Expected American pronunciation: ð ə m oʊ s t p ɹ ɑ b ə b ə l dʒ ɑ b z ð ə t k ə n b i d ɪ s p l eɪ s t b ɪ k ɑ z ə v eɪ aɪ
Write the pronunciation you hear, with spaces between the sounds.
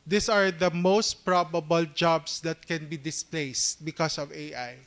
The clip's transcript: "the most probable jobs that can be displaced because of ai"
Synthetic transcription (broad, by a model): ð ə m oʊ s t p ɹ ɑ b ə b ə l dʒ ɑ b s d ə t k ə n b i d ɪ s p l eɪ s t b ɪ k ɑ s ə v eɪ aɪ